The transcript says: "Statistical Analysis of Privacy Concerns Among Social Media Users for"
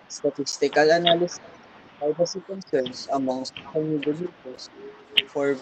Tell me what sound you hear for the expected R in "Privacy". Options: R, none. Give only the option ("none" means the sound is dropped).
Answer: none